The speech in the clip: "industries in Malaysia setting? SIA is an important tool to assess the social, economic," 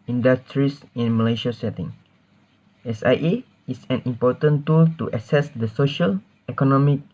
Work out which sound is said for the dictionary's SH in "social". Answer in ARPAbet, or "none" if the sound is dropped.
SH